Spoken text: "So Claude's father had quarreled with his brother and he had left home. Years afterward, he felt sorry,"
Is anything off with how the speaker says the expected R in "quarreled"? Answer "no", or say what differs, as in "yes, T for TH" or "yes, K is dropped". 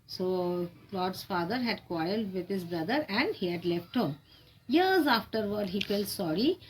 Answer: yes, R is dropped